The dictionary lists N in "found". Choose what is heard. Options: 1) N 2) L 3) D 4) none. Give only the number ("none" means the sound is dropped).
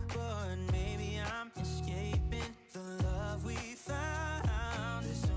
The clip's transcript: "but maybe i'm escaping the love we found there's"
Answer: 4